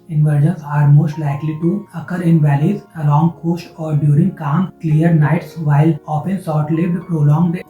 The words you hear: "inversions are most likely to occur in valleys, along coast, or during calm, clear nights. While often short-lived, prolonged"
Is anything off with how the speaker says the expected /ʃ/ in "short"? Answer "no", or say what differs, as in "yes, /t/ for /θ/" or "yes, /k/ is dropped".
yes, /s/ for /ʃ/